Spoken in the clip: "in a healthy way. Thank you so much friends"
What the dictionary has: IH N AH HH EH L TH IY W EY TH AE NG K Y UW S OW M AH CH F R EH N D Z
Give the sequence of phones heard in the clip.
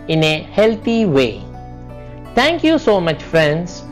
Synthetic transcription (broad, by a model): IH N AH HH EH L T IY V EY T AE NG K Y UW S OW M AH CH F R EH N D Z